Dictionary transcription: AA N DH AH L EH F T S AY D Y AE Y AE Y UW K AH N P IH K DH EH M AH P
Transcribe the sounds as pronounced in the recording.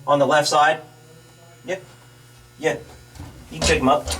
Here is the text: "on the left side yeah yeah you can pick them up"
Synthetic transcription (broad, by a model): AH N DH AH L EH F T S AY D Y AE Y AE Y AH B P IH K M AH P